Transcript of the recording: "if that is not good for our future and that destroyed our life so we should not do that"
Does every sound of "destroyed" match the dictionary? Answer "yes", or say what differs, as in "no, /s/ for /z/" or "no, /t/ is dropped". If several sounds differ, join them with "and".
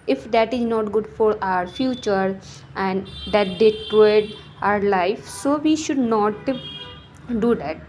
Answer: no, /s/ is dropped